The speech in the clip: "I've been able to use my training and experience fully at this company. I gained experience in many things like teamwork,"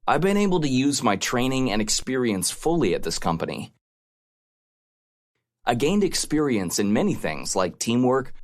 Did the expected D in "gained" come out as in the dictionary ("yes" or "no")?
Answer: yes